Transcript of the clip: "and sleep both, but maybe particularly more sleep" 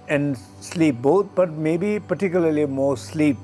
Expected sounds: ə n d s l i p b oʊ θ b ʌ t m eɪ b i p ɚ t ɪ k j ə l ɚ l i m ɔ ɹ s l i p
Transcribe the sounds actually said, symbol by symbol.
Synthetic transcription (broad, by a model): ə n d s l i p b oʊ t b ʌ t m eɪ b i p ɚ t ɪ k j ə l ɚ l i m ɔ ɹ s l i p